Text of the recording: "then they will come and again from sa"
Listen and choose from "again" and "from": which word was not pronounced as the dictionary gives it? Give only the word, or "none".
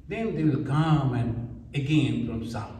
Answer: from